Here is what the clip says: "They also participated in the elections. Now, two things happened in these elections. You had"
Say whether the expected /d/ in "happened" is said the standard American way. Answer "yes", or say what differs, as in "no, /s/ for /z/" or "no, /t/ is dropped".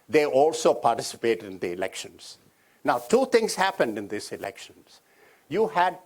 yes